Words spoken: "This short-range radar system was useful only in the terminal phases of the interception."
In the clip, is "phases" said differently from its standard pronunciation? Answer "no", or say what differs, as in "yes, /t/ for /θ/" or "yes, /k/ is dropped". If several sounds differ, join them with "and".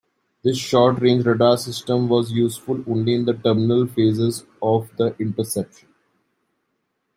no